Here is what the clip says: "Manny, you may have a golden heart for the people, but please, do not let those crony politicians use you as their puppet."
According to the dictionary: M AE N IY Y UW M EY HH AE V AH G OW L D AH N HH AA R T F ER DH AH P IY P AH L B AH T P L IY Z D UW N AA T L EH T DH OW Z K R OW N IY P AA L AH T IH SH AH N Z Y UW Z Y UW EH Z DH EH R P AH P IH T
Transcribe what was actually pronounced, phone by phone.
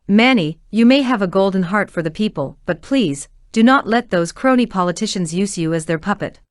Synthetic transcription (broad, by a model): M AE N IY Y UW M EY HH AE V AH G OW L D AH N HH AA R T F ER DH AH P IY P AH L B AH T P L IY Z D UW N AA T L EH T DH OW Z K R OW N IY P AA L AH T IH SH AH N Z Y UW Z Y UW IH Z DH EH R P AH P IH T